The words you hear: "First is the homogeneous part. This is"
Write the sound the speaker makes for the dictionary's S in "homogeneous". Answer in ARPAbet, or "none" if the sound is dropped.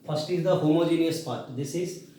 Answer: S